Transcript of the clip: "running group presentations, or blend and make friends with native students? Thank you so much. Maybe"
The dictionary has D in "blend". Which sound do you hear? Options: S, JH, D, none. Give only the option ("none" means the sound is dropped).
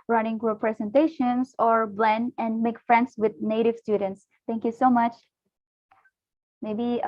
none